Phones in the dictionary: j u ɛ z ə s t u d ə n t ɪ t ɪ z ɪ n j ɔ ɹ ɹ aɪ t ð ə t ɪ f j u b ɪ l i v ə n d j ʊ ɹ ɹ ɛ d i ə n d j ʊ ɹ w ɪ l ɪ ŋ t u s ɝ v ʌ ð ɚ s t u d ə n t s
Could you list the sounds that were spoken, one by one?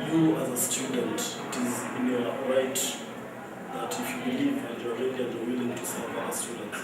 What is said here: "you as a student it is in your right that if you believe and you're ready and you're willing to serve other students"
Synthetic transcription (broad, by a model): j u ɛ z ə s t u d ə n t ɪ t ɪ z ɪ n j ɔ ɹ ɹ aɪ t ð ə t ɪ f j u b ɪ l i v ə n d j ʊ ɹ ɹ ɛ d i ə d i w ɪ l ɪ ŋ t u s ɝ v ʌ ɚ s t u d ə n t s